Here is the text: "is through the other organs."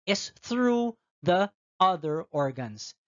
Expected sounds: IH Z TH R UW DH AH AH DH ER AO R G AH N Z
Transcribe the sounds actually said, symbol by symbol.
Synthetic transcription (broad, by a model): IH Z TH R UW DH AH AH DH ER AO R G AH N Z